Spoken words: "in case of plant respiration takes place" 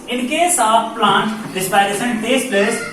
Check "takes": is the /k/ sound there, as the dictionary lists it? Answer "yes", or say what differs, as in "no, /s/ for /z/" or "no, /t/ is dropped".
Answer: no, /k/ is dropped